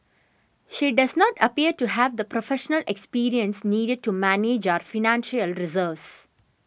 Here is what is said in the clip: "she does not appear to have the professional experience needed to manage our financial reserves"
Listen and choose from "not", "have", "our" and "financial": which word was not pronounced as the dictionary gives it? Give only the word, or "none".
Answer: none